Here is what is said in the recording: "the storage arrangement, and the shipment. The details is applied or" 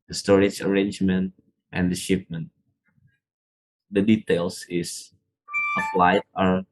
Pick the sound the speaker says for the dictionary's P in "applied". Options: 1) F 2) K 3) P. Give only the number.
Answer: 1